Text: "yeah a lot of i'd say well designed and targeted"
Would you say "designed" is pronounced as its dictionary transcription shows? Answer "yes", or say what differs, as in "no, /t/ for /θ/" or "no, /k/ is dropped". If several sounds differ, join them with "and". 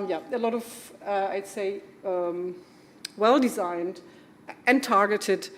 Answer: yes